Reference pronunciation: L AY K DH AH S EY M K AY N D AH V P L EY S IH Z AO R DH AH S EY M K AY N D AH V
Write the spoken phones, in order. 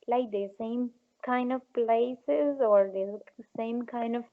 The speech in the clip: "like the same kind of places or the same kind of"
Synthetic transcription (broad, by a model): L AY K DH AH S EY M K AY N D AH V P L EY S IH Z AO R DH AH S EY M K AY N D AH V